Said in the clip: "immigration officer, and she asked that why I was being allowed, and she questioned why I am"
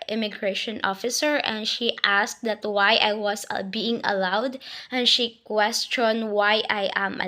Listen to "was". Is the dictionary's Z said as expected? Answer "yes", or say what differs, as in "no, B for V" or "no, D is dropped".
no, S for Z